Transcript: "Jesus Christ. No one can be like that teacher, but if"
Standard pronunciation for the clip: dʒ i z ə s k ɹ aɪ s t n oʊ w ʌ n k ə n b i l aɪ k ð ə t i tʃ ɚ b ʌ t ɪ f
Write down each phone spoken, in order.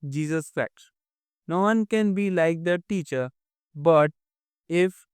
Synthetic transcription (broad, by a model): dʒ i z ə s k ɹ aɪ t n oʊ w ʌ n k ə n b i l aɪ k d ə t i tʃ ɚ b ʌ t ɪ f